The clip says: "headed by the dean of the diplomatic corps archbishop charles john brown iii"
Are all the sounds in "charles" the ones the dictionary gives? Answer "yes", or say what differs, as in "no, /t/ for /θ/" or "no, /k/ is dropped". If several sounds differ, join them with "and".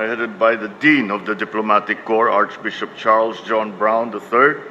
yes